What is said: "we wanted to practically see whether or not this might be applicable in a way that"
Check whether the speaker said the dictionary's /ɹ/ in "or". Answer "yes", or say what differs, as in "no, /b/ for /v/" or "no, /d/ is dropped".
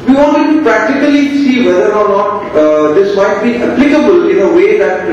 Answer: yes